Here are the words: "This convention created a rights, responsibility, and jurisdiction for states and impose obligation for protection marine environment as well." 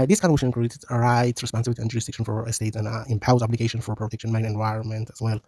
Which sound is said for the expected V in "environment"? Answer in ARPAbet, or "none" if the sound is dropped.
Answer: V